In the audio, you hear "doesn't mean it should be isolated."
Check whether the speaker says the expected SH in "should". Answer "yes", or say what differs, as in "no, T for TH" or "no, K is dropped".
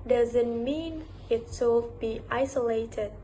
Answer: no, S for SH